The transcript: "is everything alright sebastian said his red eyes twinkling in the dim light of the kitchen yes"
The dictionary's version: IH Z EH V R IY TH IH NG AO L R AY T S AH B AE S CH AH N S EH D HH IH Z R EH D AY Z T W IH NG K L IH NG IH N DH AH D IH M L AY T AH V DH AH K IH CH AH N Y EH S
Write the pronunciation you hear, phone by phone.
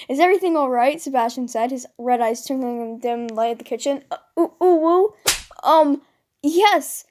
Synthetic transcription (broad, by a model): IH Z EH V R IY TH IH NG AO L R AY T S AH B AE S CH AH N S EH D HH IH Z R EH D AY Z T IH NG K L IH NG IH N D IH M L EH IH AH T DH AH K IH CH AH N Y EH S